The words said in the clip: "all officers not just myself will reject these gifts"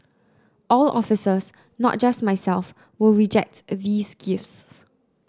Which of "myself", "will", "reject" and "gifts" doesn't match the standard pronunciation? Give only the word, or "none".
none